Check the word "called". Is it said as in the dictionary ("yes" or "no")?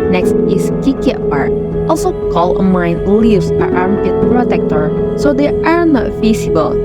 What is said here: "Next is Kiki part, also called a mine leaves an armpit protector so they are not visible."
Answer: no